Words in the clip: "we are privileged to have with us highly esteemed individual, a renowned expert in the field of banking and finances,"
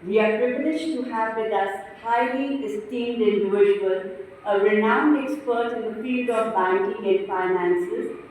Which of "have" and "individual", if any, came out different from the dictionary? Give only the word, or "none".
individual